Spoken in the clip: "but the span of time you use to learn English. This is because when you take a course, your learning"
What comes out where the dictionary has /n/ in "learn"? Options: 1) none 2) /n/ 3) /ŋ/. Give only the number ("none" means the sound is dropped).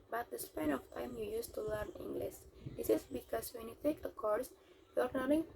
2